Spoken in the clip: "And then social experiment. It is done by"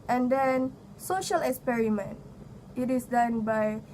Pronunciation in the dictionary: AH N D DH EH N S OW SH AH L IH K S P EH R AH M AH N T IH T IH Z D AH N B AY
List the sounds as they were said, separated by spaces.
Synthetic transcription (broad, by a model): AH N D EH N S OW SH AH L IH K S P EH R AH M AH N T IH T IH S D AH N B AY